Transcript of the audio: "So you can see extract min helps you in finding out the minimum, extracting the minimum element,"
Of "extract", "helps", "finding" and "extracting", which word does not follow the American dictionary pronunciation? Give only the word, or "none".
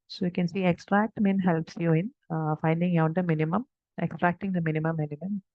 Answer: none